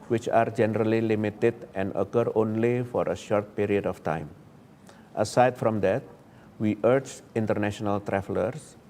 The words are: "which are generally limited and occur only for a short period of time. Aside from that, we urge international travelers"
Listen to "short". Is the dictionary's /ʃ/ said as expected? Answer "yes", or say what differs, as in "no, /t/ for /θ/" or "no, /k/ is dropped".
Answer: yes